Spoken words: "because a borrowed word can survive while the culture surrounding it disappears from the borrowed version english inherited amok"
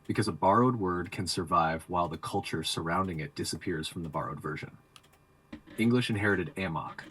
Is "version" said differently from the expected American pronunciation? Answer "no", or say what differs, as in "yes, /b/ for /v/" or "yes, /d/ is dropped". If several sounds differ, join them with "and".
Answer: no